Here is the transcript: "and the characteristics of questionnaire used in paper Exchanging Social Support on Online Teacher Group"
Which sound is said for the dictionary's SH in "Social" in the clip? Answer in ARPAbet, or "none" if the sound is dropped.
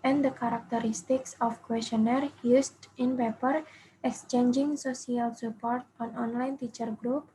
S